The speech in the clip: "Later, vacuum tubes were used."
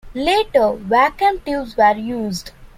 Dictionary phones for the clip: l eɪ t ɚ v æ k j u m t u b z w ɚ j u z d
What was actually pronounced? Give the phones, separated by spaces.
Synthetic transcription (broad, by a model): l eɪ t ɚ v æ k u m t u z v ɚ j u z d